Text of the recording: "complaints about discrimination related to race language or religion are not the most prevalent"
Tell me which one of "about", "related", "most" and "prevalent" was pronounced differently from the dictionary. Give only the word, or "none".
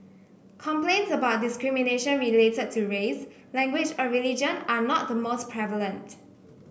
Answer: none